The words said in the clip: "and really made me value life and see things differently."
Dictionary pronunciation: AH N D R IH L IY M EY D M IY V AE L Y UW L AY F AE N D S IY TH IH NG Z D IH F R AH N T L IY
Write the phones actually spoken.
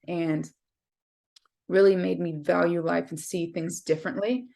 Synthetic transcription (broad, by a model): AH N R IH L IY M EY D M IY V AE L Y UW L AY F N S IY TH IH NG Z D IH F R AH N T L IY